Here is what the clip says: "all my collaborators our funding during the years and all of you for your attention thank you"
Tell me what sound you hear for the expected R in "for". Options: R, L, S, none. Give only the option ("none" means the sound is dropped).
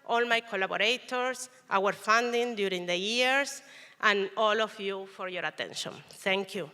R